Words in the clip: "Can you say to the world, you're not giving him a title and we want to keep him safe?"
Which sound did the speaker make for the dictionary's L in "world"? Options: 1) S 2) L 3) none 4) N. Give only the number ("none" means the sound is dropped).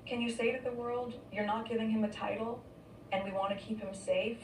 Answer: 2